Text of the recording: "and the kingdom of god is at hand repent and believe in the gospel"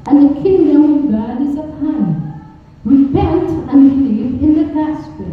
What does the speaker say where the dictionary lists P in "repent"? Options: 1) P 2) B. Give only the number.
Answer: 2